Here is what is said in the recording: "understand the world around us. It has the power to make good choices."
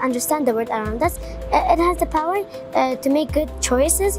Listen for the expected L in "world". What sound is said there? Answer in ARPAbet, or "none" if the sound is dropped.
none